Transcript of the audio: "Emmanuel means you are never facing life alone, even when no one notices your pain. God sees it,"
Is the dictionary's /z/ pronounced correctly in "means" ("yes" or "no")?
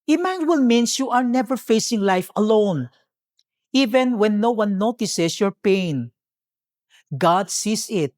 no